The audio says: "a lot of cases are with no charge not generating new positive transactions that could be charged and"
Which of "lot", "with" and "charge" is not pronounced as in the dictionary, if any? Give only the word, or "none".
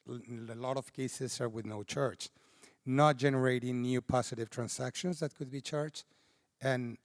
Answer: charge